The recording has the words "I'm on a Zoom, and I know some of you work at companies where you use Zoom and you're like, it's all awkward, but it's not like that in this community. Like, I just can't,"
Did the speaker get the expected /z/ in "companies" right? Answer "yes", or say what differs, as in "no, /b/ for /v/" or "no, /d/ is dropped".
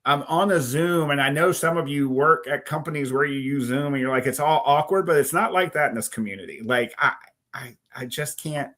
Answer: yes